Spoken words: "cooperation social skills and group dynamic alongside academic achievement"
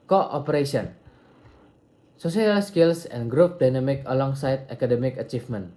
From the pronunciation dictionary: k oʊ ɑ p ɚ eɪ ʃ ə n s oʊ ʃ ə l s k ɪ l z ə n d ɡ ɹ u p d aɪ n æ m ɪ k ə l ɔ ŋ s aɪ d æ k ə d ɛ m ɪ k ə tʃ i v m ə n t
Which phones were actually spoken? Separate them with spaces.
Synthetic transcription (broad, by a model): k oʊ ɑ p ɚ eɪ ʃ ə n s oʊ s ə l s k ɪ l s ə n ɡ ɹ u p d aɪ n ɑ m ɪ k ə l ɔ ŋ s aɪ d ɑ k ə d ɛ m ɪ k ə tʃ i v m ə n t